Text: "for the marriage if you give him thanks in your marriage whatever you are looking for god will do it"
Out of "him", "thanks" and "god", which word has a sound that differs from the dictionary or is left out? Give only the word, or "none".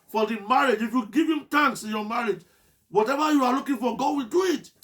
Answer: thanks